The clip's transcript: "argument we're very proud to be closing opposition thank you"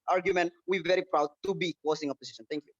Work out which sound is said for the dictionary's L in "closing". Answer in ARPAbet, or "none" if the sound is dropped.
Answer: none